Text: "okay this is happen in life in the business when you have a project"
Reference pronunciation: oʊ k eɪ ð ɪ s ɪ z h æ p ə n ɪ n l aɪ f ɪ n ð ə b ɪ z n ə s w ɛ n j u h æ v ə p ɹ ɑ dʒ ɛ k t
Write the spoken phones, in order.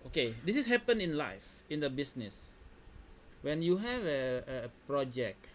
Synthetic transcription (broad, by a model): oʊ k eɪ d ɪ s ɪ s h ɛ p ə n ɪ n l aɪ f ɪ n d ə b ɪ s n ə s w ɛ n j u h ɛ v ə p ɹ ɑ dʒ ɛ k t